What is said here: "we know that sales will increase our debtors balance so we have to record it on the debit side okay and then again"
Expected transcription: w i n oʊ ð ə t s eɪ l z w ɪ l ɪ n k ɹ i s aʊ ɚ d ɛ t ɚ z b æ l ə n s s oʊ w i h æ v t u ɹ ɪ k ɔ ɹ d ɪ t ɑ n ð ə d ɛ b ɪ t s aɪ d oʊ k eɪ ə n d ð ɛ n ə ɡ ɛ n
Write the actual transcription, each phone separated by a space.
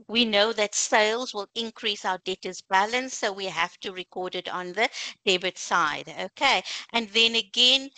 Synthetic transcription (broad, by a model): w i n oʊ ð ə t s eɪ l z w ɪ l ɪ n k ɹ i s aʊ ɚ d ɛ t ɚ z b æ l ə n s s oʊ w i h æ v t u ɹ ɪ k ɔ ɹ d ɪ t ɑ n ð ə d ɛ b ɪ t s aɪ d oʊ k eɪ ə n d ð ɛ n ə ɡ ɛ n